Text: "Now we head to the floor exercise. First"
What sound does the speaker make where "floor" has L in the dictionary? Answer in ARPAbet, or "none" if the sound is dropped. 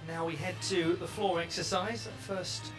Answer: L